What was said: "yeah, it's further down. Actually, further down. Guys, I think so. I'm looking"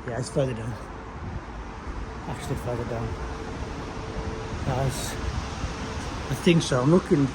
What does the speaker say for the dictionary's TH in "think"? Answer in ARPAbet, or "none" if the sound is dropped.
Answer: TH